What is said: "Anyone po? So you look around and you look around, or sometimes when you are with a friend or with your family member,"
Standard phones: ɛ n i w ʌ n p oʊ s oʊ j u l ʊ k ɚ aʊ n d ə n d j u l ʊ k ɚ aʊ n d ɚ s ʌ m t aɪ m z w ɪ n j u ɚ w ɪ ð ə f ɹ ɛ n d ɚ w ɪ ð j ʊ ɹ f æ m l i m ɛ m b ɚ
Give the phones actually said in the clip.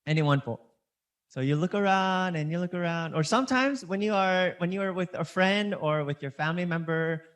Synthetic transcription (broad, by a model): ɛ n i w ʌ n f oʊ s oʊ j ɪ l ʊ k ɚ aʊ n d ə n j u l ʊ k ɚ aʊ n d ɚ s ʌ m t aɪ m z w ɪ n j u ɚ w ɪ ð ə f ɹ ɛ n d ɚ w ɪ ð j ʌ ɹ f æ m l i m ɛ m b ɚ